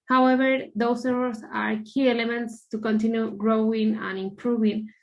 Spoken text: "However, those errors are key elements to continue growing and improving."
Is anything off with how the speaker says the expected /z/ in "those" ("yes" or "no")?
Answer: yes